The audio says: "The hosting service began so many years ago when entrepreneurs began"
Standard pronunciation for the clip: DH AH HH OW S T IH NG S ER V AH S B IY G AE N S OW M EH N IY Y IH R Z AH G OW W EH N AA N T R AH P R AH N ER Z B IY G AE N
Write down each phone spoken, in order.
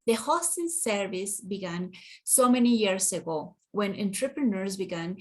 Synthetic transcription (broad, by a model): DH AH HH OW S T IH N S ER V AH S B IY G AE N S OW M EH N IY Y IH R S AH G OW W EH N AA N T R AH P R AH N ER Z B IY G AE N